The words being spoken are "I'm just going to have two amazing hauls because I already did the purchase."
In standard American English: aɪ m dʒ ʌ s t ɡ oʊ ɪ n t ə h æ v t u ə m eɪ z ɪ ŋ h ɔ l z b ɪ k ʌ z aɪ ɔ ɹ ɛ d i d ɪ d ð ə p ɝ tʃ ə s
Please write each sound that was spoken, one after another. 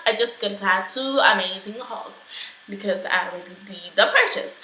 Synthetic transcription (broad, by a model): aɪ dʒ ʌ s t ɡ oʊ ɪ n t ə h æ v t u ə m eɪ z ɪ ŋ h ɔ l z b ɪ k ʌ z aɪ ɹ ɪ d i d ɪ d ð ə p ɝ tʃ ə s